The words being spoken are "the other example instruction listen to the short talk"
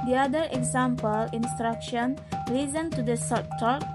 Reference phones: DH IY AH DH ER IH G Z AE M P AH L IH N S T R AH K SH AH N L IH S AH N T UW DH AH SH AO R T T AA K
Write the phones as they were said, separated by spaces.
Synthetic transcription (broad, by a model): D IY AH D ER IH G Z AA M P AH L IH N S T R AH K SH AH N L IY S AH N T UW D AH S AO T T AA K